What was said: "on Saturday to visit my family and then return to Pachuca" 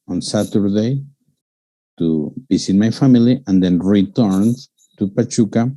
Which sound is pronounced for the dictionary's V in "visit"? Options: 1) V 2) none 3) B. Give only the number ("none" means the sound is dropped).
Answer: 3